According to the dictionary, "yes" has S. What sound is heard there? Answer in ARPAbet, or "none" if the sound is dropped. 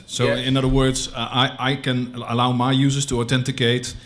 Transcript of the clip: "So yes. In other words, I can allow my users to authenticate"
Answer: none